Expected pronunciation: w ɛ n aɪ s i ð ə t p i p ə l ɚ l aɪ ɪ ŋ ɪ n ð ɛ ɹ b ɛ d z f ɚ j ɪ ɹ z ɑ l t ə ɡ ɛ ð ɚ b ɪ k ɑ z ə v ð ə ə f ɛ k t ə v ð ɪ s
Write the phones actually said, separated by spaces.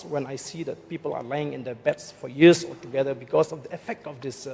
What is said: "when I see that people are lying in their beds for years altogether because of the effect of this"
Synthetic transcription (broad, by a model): w ɛ n aɪ s i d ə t p i p ə l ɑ l aɪ ɪ ŋ ɪ n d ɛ b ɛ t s f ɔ j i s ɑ t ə ɡ ɛ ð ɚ b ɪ k ɑ s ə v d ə ə f ɛ k t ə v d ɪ s